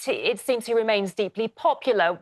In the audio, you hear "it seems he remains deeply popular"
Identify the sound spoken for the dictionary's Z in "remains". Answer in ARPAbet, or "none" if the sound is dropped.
Z